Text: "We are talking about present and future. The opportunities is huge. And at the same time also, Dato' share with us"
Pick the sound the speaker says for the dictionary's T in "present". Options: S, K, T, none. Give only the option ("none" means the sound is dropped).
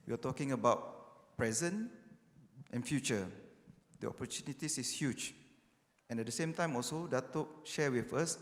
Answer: T